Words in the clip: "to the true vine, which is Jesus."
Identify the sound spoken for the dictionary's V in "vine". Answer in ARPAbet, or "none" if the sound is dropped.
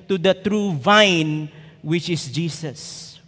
V